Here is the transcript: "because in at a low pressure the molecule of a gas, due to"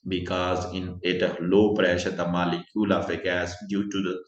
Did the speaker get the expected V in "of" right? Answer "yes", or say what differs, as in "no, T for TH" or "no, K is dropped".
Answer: no, F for V